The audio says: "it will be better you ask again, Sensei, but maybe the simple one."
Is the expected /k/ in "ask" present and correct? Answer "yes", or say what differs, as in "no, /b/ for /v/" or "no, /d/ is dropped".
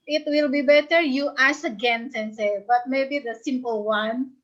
no, /k/ is dropped